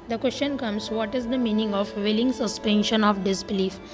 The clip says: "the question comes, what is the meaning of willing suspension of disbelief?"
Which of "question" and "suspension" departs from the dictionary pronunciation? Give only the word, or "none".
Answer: none